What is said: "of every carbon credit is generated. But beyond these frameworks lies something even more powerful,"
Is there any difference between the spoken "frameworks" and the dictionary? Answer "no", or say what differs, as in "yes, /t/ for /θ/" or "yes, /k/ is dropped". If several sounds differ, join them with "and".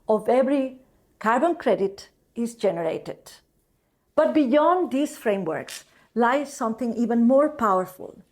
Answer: no